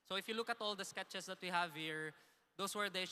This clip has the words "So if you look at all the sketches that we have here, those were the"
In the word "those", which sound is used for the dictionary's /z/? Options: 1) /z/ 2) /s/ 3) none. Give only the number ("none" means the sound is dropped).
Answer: 2